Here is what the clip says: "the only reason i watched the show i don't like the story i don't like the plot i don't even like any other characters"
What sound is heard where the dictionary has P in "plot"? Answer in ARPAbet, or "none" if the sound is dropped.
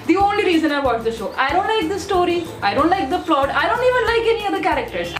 F